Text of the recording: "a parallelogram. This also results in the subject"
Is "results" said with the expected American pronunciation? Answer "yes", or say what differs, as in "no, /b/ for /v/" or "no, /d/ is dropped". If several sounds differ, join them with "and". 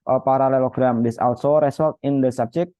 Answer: no, /s/ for /z/ and /s/ is dropped